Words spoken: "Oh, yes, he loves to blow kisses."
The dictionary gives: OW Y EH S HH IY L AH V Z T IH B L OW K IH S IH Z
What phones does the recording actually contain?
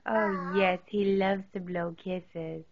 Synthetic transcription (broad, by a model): OW Y EH S HH IY L AH V Z T IH B L OW K IH S IH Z